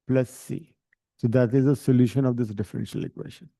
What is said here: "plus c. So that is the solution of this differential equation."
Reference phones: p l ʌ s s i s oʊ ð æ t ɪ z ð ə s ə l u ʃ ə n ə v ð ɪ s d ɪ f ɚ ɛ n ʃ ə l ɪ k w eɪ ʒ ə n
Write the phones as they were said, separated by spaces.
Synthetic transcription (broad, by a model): p l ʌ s s i s oʊ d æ t ɪ z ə s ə l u ʃ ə n ə v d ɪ s d ɪ f ɚ ɛ n ʃ ə l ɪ k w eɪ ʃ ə n